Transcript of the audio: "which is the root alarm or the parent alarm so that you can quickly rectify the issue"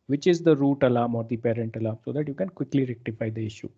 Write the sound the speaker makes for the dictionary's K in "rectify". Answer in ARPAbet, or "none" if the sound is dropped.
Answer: K